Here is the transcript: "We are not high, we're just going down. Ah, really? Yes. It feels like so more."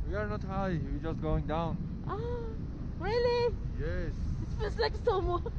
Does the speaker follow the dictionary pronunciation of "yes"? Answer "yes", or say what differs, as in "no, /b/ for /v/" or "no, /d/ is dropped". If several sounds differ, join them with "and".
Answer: yes